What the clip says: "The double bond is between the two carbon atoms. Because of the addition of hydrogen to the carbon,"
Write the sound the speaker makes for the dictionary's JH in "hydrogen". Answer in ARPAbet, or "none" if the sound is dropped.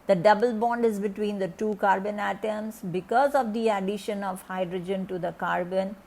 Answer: JH